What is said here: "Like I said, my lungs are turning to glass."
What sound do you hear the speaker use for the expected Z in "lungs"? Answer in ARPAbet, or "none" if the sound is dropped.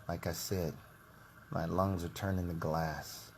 Z